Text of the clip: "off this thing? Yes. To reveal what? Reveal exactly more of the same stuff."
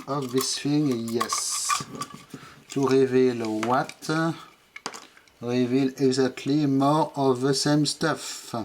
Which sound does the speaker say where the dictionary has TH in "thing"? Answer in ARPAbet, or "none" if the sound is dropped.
F